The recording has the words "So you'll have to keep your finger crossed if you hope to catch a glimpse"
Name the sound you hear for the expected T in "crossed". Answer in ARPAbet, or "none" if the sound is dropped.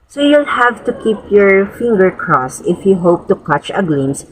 none